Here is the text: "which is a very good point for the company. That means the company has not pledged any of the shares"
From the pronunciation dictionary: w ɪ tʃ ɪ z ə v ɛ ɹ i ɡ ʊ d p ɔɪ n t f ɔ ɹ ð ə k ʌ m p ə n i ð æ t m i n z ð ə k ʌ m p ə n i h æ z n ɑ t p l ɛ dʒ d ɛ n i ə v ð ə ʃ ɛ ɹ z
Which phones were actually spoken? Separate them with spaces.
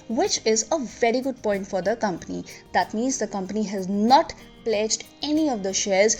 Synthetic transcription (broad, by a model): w ɪ tʃ ɪ z ə v ɛ ɹ i ɡ ʊ d p ɔɪ n t f ɔ ɹ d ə k ʌ m p ə n i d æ t m i n z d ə k ʌ m p ə n i h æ z n ɑ t p l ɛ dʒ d ɛ n i ə v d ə ʃ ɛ ɹ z